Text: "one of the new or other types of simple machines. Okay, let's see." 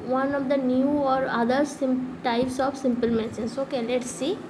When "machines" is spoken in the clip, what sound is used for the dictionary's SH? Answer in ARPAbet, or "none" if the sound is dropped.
S